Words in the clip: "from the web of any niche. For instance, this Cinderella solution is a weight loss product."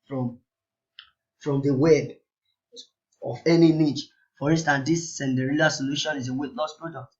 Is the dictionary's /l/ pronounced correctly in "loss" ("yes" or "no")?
no